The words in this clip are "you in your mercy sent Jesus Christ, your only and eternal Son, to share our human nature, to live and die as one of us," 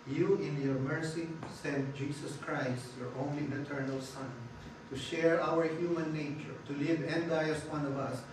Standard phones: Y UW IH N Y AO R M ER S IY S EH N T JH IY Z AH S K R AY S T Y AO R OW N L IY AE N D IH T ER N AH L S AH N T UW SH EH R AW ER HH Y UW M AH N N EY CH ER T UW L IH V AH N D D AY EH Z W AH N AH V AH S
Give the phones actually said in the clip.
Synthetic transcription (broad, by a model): Y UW IH N Y AO R M ER S IY S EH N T JH IY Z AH S K R AY S T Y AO R OW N L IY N IH T ER N AH L S AH N T UW SH EH R AW ER HH Y UW M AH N N EY CH ER T UW L IH V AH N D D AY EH S W AH N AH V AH S